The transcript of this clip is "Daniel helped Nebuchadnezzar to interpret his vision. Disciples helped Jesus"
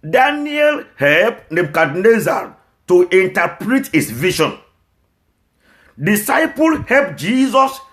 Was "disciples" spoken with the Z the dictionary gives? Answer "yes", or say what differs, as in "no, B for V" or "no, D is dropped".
no, Z is dropped